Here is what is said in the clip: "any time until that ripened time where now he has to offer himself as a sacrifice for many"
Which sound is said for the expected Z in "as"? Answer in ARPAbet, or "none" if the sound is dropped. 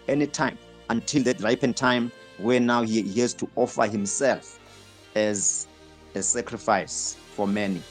Z